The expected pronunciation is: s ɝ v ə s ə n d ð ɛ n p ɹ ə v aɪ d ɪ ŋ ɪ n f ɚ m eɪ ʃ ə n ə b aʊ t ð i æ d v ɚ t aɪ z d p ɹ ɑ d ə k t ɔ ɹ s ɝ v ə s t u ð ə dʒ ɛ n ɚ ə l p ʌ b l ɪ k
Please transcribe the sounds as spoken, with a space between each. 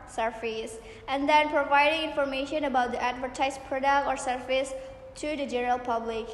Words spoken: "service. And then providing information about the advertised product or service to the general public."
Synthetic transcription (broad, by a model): s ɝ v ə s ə n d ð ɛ n p ɹ ə v aɪ d ɪ ŋ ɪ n f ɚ m eɪ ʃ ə n ə b aʊ t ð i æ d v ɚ t aɪ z p ɹ ɑ d ə k t ɔ ɹ s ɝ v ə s t u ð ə dʒ ɛ n ɚ ə l p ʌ b l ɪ k